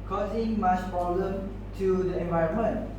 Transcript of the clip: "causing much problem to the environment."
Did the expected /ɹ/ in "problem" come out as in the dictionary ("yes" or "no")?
no